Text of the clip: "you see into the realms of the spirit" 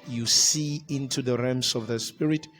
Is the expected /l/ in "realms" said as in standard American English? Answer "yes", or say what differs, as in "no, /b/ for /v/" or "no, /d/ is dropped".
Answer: no, /l/ is dropped